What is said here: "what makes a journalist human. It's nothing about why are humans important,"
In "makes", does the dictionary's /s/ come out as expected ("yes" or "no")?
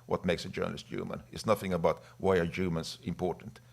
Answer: yes